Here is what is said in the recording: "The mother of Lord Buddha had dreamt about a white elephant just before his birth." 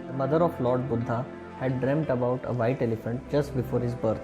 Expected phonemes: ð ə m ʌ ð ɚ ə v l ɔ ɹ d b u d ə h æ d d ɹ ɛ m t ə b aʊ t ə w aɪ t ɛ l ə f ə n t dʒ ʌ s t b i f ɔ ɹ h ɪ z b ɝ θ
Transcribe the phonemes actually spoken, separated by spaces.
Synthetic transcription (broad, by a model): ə m ʌ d ɚ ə f l ɔ ɹ d b u d ə h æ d d ɹ ɛ m t ə b aʊ t ə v aɪ t ɛ l ə f ə n t dʒ ʌ s t b i f ɔ ɹ h ɪ z b ɝ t